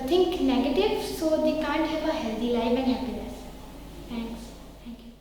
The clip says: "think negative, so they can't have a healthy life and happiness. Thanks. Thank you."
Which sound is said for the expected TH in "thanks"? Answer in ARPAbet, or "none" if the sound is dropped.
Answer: T